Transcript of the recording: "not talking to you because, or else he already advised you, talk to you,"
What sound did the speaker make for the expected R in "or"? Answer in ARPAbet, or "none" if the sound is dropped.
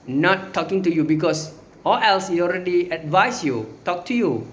L